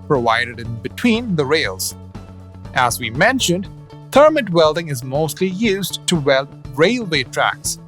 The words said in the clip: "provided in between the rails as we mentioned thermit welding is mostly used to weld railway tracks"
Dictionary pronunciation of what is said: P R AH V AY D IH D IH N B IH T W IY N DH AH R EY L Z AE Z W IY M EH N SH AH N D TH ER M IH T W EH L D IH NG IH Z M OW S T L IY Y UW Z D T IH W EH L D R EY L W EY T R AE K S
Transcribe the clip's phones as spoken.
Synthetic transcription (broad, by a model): P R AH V AY D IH D IH N B IH T W IY N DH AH R EY L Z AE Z W IY M EH N SH AH N D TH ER M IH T W EH L D IH NG IH Z M OW S T L IY Y UW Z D T IH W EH L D R EY L W EY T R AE K S